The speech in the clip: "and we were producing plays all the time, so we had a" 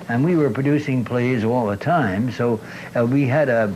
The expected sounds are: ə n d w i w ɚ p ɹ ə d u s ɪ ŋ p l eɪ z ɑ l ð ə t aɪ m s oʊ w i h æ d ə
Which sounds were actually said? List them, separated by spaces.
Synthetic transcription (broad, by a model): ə n w i w ɚ p ɹ ə d u s ɪ ŋ p l eɪ z ɑ l ð ə t aɪ m s oʊ w i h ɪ d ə